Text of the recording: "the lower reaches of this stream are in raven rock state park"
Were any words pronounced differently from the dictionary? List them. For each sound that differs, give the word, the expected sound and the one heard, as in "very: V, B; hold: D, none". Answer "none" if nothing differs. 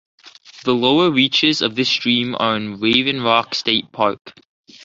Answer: none